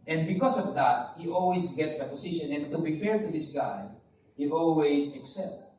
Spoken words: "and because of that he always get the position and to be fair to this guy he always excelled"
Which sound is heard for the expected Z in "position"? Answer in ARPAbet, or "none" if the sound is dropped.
S